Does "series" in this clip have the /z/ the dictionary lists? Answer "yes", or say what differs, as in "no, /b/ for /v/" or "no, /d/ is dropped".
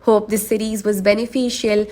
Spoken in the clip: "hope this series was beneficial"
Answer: yes